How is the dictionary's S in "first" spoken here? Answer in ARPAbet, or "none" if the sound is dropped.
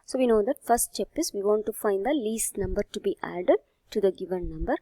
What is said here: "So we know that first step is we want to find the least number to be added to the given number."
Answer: none